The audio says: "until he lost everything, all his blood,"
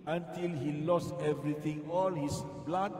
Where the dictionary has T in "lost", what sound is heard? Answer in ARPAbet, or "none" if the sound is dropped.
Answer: T